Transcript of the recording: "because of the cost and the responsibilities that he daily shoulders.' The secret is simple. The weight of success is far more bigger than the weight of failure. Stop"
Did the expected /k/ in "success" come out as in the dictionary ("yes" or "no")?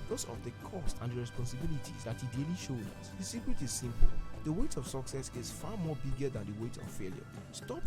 yes